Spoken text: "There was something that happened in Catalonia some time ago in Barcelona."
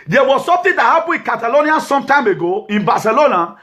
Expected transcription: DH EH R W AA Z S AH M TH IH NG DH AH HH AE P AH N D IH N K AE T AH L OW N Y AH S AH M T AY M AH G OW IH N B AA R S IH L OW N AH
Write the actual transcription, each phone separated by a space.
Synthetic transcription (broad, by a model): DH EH W AA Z S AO M T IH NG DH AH HH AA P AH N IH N K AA T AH L OW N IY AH S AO M T AY M AH G OW IH N B AA S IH L OW N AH